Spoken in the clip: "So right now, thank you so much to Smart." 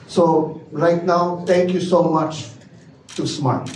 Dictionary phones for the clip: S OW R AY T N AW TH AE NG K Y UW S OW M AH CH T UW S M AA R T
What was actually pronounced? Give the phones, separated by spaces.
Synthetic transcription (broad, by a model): S OW R AY T N AW T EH NG K Y UW S OW M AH CH T UW S M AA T